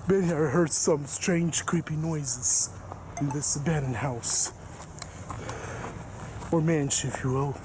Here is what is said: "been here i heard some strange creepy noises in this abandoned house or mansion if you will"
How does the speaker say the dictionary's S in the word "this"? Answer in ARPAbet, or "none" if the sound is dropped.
S